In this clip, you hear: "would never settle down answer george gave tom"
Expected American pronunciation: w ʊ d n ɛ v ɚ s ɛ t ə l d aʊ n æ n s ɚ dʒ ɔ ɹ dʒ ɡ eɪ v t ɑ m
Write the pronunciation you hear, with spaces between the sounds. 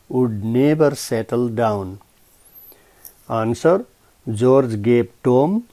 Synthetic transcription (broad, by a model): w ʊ d n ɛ b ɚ s ɛ t ə l d aʊ n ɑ n s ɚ dʒ ɔ ɹ dʒ ɡ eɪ p t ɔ m